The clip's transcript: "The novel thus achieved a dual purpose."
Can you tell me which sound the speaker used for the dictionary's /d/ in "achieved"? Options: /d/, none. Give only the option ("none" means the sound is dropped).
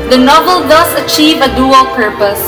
none